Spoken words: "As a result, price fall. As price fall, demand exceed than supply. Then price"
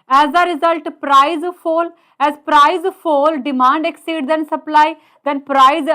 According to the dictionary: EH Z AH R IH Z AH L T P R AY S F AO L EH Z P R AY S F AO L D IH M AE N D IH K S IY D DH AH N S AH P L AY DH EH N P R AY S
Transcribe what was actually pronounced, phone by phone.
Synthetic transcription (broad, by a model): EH Z AH R IH Z AH L T P R AY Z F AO L EH Z P R AY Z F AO L D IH M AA N D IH K S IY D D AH N S AH P L AY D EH N P R AY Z